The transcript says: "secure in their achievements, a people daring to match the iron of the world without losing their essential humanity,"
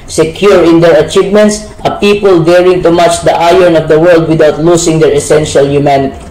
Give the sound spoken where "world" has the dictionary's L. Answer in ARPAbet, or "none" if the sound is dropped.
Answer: L